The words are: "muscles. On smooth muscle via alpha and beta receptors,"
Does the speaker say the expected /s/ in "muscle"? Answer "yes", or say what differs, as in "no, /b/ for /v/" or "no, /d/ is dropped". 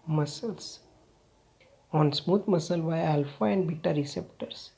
yes